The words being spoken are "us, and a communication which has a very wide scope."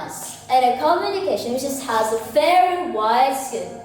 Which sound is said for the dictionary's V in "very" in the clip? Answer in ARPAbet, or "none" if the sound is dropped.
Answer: F